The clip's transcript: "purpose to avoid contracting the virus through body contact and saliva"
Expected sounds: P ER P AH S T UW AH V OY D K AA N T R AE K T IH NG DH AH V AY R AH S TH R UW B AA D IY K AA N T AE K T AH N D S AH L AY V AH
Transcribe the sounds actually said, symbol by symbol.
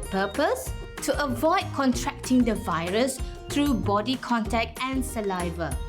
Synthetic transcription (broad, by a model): P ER P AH S T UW AH V OY D K AA N T R AE K T IH NG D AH V AY R AH S T R UW B AA D IY K AA N T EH K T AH N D S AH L AY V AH